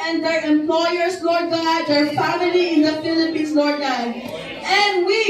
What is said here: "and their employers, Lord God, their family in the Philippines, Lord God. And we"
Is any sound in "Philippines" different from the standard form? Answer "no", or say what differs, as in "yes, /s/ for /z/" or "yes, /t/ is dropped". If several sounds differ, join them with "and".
yes, /s/ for /z/